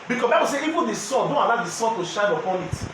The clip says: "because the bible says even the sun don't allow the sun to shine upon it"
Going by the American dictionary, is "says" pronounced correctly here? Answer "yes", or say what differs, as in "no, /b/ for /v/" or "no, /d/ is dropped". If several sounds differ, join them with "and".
no, /z/ is dropped